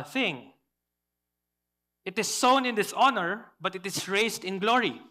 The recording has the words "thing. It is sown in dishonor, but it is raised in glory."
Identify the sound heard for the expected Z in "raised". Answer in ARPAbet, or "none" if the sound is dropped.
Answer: S